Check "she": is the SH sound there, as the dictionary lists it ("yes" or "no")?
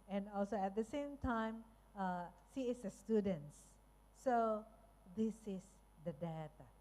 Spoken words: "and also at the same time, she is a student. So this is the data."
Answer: no